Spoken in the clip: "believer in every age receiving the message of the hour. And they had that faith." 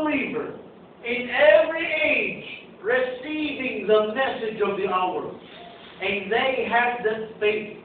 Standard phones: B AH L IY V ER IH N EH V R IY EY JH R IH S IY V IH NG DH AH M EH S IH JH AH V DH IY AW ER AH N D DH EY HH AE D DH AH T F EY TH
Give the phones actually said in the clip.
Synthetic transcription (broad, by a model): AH L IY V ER IH N EH V R IY EY JH R IH S IY V IH NG DH AH M EH S IH JH AH V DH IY AW ER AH N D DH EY HH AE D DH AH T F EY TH